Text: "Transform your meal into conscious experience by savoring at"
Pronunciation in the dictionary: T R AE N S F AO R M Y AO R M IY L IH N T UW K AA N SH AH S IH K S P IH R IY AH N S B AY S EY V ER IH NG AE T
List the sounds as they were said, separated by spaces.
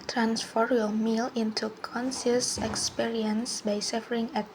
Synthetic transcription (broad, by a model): T R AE N S F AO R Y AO M IY L IH N T UW K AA N S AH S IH K S P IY R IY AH N S B AY S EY F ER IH NG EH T